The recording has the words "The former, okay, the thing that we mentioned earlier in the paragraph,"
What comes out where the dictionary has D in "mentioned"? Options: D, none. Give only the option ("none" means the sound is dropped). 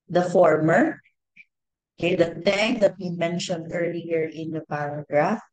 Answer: D